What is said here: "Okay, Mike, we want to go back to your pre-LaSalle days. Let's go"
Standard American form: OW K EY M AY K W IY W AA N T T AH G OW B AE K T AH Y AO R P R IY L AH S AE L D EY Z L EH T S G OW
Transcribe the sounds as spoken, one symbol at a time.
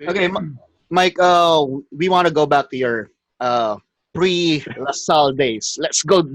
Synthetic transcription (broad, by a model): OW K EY M AY K W IY W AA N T T AH G OW B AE K T AH Y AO R P R IY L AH S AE L D EY S L EH T S G OW